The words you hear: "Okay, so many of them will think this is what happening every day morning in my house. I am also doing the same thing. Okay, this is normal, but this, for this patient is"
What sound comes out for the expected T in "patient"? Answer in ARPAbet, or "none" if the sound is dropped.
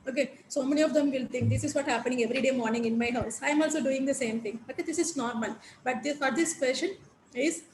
none